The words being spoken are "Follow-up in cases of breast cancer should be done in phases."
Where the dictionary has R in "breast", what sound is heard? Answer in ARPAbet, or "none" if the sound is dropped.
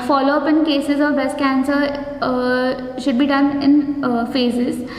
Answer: none